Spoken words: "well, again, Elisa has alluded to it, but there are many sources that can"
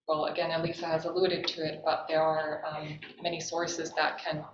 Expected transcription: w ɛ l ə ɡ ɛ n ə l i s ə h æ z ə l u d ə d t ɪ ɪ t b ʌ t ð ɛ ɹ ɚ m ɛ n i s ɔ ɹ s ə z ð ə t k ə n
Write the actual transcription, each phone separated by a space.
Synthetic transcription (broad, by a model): w ɛ l ə ɡ ɛ n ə l i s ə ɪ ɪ z ə l u d ə d t ɪ ɪ t b ʌ t ð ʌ ɹ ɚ m ɛ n i s ɔ ɹ s ə z ð ə t k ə n